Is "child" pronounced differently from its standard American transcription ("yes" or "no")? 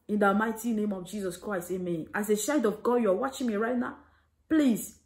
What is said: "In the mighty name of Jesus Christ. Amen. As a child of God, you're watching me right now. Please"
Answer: yes